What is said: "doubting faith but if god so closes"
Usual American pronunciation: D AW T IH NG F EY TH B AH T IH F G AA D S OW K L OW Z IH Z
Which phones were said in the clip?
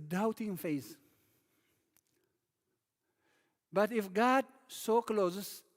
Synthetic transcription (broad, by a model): D AW T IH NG F EY S B AH T IH F G AA D S OW K L OW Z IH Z